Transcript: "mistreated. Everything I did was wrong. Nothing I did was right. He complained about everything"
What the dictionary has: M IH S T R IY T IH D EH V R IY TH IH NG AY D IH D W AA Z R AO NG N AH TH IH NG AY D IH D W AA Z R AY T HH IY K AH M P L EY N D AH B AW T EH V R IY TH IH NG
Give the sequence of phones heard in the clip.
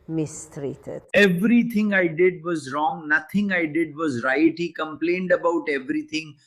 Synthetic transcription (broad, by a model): M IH S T R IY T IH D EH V R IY T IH NG AY D IH D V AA Z R AO NG N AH T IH NG AY D IH D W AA Z R AY T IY K AH M P L EY N D AH B AW T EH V R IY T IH NG